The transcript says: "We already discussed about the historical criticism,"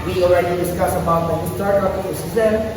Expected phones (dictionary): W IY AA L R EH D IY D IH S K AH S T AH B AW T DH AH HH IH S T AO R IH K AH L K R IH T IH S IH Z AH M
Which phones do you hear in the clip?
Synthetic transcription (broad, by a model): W IY AA L R EH D IY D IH S K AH S AH B AW T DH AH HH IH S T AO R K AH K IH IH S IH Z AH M